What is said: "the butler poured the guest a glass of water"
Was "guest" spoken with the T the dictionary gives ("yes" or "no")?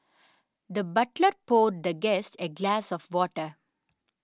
yes